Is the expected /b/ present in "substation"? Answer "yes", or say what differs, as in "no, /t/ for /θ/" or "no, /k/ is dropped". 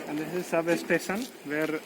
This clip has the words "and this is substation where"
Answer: no, /b/ is dropped